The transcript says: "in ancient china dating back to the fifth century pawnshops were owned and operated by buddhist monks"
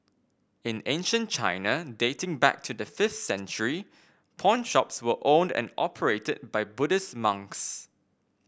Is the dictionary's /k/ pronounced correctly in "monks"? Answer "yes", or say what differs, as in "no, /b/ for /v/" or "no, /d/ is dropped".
yes